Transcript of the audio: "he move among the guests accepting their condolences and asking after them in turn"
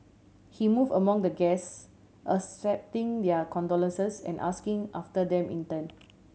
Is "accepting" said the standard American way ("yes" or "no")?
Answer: no